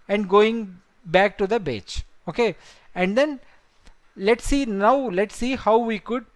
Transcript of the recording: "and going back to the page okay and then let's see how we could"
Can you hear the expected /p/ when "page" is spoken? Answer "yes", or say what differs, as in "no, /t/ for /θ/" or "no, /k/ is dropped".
no, /b/ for /p/